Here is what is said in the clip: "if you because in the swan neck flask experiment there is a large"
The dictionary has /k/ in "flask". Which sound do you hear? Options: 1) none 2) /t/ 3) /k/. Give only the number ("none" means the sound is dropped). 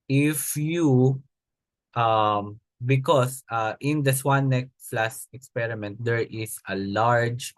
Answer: 1